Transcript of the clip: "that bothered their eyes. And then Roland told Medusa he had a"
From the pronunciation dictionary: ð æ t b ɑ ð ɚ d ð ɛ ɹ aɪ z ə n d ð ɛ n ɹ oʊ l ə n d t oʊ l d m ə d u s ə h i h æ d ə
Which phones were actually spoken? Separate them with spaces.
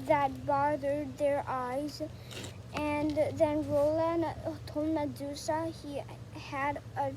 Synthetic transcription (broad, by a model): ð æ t b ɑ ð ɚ d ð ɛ ɹ aɪ z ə n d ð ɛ n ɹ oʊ l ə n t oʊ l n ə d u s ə h i h æ d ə